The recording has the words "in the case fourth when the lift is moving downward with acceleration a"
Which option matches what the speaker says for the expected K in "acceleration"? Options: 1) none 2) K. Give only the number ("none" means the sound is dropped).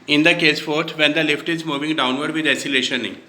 1